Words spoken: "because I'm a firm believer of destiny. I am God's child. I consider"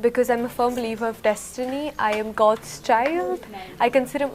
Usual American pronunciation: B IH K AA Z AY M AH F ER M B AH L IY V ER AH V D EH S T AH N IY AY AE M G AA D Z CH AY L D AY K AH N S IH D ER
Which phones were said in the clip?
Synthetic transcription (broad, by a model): B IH K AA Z AY M AH F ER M B AH L IY V ER AH V D EH S T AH N IY AY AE M G AA D Z CH AY L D AY K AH N S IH D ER